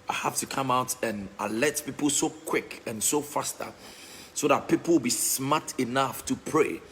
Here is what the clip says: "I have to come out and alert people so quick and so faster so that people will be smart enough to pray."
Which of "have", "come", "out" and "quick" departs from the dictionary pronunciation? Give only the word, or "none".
have